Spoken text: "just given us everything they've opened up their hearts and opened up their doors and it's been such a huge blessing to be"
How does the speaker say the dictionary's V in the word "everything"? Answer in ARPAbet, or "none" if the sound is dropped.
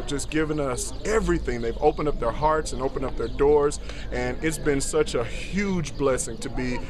V